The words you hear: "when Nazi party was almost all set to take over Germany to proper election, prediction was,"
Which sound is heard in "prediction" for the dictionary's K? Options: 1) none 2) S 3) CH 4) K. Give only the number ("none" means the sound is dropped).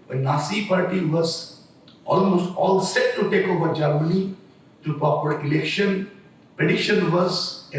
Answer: 1